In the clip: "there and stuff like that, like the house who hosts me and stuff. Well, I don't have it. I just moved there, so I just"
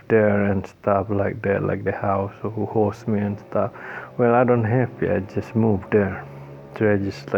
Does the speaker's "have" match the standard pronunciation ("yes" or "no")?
no